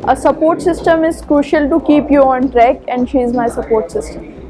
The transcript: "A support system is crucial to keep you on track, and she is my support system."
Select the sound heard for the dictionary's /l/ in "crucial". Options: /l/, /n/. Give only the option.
/l/